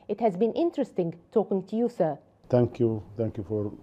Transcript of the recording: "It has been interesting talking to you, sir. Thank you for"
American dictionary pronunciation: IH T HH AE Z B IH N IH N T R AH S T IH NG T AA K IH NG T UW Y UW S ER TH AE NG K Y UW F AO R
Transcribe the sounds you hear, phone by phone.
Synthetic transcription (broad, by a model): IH T HH AE Z B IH N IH N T R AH S T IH NG T AA K IH NG T UW Y UW S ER T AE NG K Y UW F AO R